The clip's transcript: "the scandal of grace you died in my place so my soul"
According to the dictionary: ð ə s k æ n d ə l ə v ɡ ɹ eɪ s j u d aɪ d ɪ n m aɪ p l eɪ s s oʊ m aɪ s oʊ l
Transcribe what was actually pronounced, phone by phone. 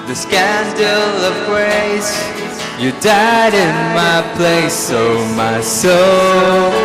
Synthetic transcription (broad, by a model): ð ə s k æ n d l ə v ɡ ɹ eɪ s j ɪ d aɪ d ɪ n m aɪ p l eɪ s s oʊ m aɪ s oʊ l